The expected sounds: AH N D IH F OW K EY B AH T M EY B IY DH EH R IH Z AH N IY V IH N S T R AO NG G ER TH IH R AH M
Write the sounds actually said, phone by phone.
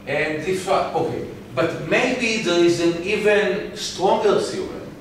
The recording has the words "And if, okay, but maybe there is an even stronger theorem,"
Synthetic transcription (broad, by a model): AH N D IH F OW K EY B AH T M EY B IY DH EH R IH Z AH N IY V IH N S T R AO NG G ER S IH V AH